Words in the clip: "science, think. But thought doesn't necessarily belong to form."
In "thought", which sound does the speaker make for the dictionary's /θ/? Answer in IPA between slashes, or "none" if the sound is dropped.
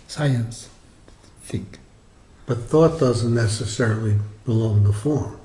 /θ/